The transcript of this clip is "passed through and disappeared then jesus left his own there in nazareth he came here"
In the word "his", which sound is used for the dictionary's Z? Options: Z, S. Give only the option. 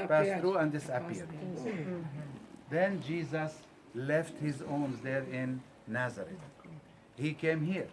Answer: Z